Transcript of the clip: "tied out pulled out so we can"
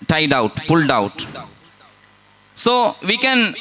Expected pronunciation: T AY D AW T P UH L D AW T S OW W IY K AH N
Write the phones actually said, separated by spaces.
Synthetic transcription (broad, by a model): T AY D AW T P UH L D AW T S OW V IY K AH N